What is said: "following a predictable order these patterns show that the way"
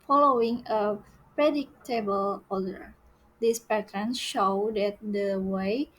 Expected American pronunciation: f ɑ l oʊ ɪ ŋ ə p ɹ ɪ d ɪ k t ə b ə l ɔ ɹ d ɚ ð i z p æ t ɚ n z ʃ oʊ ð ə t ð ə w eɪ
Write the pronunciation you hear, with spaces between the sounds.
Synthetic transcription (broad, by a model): f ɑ l oʊ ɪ ŋ ə p ɹ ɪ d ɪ k t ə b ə l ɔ l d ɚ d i s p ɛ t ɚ n ʃ oʊ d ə t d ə w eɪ